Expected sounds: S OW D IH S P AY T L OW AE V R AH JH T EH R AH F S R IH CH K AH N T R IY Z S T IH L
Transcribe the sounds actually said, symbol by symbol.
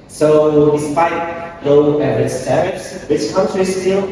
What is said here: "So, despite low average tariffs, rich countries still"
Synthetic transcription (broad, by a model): S OW D IH S P AY T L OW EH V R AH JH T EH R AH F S W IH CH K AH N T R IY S T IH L